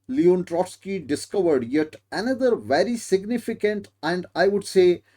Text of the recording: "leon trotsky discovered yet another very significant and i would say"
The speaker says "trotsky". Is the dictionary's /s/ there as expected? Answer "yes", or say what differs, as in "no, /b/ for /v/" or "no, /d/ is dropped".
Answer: yes